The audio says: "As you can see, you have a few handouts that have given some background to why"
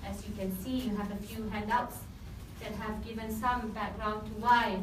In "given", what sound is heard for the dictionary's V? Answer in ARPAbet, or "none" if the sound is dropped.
V